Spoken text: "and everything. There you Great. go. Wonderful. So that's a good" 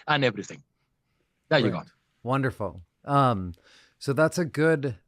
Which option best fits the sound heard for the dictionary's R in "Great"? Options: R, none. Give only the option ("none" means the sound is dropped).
none